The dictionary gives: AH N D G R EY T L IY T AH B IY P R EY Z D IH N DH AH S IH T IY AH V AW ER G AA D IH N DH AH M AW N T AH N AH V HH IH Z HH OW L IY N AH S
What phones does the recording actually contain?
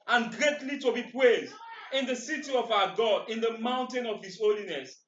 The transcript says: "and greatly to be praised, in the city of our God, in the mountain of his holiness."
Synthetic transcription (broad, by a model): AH N G R EY T L IY T AH B IY P R EY Z D IH N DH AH S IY T IY AH V AW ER G AA D IH N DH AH M AW N T AH N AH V HH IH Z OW L IY N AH S